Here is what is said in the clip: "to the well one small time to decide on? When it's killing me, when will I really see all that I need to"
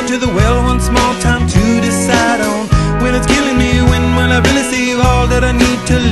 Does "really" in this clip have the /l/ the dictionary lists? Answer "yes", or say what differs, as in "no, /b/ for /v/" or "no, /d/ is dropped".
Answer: no, /n/ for /l/